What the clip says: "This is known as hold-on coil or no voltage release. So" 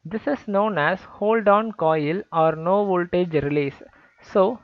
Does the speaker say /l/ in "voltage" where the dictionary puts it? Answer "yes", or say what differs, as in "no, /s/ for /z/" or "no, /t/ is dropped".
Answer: yes